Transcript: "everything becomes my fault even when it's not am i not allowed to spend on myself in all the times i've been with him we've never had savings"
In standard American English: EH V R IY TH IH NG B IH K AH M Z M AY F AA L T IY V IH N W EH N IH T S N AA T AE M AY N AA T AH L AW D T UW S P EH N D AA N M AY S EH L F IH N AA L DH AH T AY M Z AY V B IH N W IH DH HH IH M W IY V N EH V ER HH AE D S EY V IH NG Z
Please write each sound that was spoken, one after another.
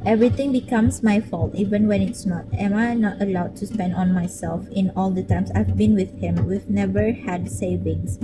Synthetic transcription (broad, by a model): EH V R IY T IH NG B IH K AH M S M AY F AA L T IY V IH N W EH N IH T S N AA T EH M AY N AA T AH L AW D T UW S P EH N D AA N M AY S EH L F IH N AA L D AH T AY M S AY V B IH N W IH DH HH IH M W IY V N EH V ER HH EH D S EY V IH NG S